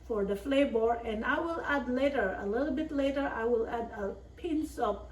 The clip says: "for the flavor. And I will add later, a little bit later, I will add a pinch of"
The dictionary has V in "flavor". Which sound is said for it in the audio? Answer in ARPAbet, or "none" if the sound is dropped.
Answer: B